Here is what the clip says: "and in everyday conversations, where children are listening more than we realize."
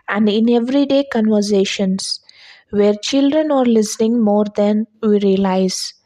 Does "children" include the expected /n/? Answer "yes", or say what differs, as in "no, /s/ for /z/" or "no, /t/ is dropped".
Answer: yes